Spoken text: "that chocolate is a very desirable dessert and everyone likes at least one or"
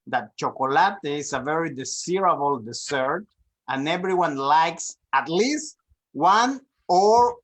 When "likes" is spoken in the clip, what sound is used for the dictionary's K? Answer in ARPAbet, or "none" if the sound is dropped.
K